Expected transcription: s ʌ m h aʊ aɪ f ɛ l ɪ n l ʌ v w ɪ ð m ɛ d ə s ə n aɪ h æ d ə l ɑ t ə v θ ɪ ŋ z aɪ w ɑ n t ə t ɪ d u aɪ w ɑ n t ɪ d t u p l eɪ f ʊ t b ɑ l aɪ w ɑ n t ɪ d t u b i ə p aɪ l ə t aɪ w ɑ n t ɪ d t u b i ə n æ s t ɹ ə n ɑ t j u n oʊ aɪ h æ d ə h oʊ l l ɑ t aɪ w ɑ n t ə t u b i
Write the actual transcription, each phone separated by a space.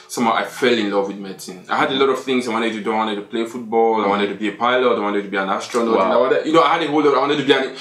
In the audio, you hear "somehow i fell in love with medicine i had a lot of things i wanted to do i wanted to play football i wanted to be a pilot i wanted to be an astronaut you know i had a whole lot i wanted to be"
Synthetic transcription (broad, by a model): s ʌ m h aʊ aɪ f ɛ l ɪ n l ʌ v w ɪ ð m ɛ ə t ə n aɪ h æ d ə l ɑ t ə v θ ɪ ŋ z aɪ w ɑ n t ə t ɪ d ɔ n w ɑ n t ɪ d t u p l eɪ f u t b ɑ l aɪ w ɑ n t ɪ d t u b i ə p aɪ l ə t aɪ w ɑ n t ɪ d t u b i ə n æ s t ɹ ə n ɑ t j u n oʊ aɪ h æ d ə h oʊ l l ɑ t aɪ w ɑ n t ə t u b i